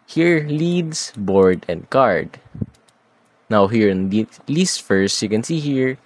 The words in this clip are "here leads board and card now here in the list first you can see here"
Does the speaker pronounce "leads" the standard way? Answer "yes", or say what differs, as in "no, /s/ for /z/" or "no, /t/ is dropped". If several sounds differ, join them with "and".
no, /s/ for /z/